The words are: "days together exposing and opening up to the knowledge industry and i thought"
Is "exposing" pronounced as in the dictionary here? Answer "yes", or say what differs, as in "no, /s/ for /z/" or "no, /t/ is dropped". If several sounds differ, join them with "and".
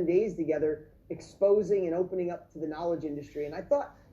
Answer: yes